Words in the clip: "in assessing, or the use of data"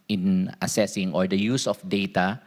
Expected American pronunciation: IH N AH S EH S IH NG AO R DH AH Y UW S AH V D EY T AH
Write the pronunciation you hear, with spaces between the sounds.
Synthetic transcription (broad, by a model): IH N AH S EH S IH NG AO R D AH Y UW S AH F D EY T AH